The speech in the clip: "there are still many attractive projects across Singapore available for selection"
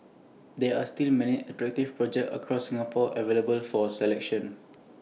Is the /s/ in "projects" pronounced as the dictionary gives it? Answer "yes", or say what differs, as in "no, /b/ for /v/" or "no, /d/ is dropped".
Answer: no, /s/ is dropped